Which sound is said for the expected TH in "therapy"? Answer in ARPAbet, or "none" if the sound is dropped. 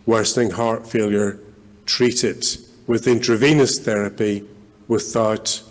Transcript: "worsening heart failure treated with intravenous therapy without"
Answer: TH